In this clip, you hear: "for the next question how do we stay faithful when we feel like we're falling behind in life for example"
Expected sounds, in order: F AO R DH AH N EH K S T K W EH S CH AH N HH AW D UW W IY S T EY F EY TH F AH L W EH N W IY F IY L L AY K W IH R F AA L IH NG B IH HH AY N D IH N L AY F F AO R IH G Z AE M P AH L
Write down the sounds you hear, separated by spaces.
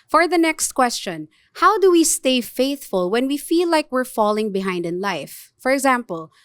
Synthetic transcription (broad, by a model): F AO R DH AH N EH K S T K W EH S CH AH N HH AW D UW W IY S T EY F EY TH F AH L W EH N W IY F IY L L AY K W IH R F AA L IH NG B IH HH AY N D IH N L AY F F AO R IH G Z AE M P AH L